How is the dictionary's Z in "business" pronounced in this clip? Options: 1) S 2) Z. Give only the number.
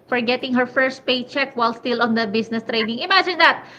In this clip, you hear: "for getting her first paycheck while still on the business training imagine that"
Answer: 1